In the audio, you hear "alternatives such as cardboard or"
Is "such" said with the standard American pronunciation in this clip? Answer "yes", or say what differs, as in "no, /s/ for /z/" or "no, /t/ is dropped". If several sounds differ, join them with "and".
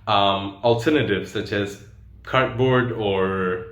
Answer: yes